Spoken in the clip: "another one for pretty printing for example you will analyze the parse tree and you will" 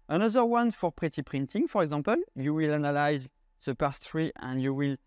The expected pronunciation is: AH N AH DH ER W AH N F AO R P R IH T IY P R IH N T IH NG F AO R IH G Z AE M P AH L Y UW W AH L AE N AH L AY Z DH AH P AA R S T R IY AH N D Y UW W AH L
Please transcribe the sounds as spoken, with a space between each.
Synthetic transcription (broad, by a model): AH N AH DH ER W AH N F AO R P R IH T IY P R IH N T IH NG F AO R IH G Z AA P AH L Y UW W AH L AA N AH L AY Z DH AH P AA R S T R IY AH N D Y UW W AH L